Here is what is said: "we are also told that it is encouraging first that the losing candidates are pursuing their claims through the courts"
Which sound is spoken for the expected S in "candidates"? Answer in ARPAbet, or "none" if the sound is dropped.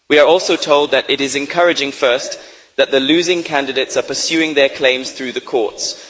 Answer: S